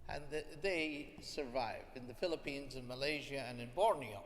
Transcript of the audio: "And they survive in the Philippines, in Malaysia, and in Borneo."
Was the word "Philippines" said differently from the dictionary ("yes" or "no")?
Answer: no